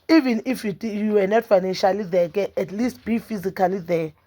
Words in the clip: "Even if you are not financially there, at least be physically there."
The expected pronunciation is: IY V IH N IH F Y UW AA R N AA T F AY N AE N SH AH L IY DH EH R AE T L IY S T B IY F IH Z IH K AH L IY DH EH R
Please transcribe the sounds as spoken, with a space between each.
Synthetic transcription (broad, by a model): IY V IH N IH F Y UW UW W N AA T F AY N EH N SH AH L IY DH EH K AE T L IY S T B IY F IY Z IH K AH L IY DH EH